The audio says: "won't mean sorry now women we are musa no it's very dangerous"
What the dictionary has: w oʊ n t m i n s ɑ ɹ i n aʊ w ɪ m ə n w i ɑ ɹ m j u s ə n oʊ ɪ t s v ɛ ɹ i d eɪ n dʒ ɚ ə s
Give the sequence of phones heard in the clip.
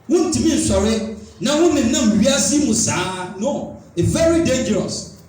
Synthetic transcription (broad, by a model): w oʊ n t m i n ʃ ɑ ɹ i n aʊ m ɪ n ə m w i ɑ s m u s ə n oʊ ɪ v ɛ ɹ i d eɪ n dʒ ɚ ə s